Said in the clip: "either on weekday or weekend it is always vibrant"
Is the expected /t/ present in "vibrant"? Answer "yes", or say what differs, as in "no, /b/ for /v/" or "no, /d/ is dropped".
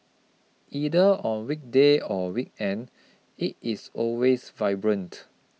yes